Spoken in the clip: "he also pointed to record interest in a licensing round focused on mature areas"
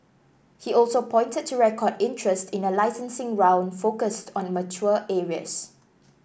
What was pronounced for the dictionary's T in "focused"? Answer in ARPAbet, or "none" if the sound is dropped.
T